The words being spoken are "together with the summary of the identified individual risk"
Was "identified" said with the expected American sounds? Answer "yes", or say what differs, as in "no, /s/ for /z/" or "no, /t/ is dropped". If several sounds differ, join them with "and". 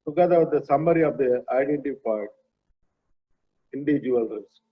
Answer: no, /p/ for /f/